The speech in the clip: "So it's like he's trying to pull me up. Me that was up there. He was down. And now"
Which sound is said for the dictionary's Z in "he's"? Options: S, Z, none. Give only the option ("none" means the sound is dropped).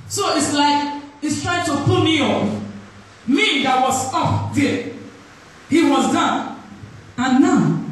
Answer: S